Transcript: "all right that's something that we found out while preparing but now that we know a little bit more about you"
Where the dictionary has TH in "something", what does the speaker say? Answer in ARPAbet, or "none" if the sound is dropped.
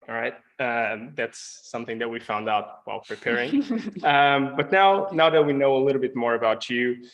TH